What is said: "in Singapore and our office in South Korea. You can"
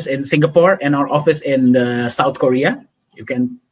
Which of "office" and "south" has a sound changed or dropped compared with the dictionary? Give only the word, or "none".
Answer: south